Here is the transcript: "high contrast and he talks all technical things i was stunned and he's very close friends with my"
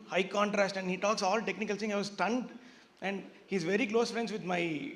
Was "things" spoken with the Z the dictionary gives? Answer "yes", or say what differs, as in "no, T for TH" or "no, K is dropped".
no, Z is dropped